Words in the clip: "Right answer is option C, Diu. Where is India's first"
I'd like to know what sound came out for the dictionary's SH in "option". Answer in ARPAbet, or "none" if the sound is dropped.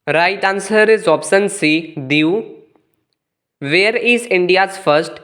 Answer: S